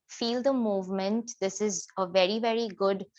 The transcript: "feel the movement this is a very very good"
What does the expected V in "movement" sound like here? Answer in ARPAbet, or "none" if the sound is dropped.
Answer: V